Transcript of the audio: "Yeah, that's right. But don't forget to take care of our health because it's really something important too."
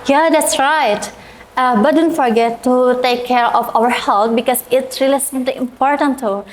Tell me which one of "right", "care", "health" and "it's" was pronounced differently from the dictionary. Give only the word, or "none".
health